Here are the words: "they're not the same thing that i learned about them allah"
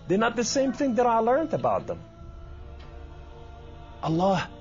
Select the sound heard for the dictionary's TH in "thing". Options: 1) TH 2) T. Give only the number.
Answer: 1